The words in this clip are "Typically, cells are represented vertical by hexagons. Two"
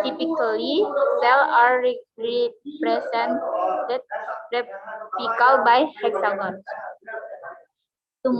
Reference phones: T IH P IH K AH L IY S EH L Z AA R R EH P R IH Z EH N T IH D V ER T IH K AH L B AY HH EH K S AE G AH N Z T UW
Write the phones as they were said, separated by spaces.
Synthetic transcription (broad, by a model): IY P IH K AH L IY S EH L AA R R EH P R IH S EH N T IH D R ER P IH K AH L B AY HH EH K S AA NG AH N S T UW